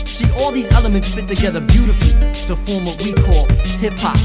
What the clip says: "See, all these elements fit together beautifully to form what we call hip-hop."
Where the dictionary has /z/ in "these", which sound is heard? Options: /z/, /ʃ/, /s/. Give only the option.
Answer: /z/